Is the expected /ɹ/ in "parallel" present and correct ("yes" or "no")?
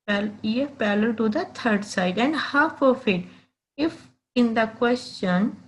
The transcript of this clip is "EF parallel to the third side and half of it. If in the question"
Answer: no